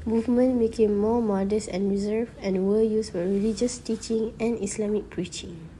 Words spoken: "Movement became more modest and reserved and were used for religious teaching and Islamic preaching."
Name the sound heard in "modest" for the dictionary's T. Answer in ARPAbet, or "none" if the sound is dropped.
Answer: none